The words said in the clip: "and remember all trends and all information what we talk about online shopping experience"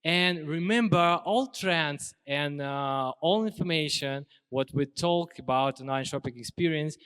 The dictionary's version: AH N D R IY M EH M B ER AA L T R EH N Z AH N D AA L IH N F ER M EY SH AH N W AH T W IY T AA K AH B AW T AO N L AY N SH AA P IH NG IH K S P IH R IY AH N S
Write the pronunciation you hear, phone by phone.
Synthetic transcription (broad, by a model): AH N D R IY M EH M B ER AA L T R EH N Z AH N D AA L IH N F ER M EY SH AH N W AH T W IY T AA K AH B AW T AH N AY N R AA P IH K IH K S P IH R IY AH N S